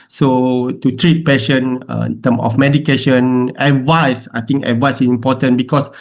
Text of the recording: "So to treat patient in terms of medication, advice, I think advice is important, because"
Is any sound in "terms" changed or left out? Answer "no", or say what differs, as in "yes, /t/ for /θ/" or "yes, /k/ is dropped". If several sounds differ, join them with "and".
yes, /z/ is dropped